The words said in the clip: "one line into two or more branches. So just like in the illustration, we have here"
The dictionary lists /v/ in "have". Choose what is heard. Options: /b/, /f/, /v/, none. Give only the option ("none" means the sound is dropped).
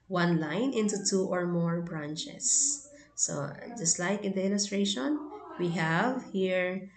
/v/